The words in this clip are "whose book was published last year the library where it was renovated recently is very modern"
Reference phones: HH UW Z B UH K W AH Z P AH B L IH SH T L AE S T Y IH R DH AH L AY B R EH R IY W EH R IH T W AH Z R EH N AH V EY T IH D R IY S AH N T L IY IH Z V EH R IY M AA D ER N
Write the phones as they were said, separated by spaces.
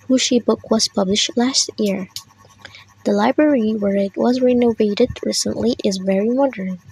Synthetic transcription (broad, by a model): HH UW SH B UH K W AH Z P AH B L IH SH T L AE S T Y IH R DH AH L AY B R EH R IY W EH R IH T W AH Z R EH N AH V EY T IH D R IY S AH N T L IY IH Z V EH R IY M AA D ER N